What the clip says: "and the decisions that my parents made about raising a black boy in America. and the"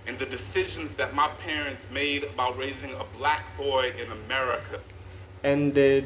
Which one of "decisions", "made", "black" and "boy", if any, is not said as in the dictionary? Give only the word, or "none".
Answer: none